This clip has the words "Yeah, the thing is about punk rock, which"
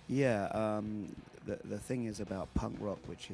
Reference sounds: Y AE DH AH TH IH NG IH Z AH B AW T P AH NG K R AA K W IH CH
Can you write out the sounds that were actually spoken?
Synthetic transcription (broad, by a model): Y AE DH AH TH IH NG IH Z AH B AW T P AH NG K R AA K W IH CH